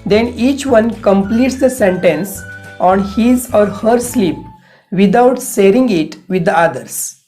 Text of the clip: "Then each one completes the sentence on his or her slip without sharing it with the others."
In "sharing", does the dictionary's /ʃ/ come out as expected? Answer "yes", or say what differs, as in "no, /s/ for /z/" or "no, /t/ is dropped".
no, /s/ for /ʃ/